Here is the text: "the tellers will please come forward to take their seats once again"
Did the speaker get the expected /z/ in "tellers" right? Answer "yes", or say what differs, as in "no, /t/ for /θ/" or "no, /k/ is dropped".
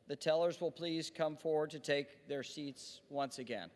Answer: yes